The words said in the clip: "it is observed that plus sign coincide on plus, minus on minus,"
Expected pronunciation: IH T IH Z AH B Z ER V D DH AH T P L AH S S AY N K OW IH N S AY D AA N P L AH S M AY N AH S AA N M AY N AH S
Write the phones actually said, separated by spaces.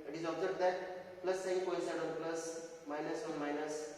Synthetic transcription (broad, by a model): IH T IH Z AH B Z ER B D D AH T P L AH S S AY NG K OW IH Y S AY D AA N P L AH S M AY N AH S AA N M AY N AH S